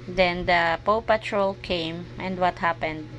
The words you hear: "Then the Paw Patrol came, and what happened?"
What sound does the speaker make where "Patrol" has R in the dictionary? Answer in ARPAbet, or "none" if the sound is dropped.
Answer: R